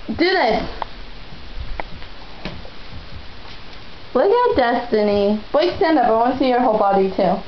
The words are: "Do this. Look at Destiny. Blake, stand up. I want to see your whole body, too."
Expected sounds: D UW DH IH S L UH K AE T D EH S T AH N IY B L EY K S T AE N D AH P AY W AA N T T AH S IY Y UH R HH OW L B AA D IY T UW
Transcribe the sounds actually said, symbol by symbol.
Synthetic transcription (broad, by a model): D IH DH IH S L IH AH D EH S T AH N IY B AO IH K S T AE N D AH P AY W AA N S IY Y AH R HH OW L B AA D IY T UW